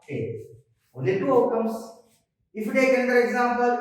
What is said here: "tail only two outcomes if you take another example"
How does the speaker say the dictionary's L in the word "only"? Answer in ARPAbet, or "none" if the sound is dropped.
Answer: none